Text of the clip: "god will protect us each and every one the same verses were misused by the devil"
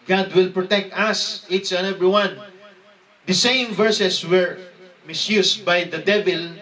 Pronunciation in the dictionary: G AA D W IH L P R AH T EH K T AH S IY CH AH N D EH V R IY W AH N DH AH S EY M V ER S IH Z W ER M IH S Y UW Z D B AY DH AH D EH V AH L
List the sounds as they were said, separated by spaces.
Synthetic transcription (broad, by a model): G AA D W IH L P R AH T EH K T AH S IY S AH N EH V R IY W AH N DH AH S EY M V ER S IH S W ER M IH S Y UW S B AY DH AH D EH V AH L